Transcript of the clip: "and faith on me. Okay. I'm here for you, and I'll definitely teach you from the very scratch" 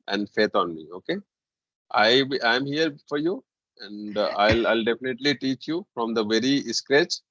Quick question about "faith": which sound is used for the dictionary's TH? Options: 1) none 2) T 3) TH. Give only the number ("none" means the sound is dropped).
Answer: 2